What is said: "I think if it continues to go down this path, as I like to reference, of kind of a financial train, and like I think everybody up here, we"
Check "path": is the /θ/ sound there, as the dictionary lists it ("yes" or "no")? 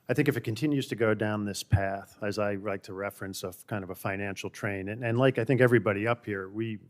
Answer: yes